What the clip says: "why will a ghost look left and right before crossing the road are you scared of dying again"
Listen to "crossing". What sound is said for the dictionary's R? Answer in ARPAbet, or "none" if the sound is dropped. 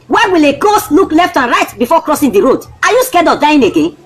R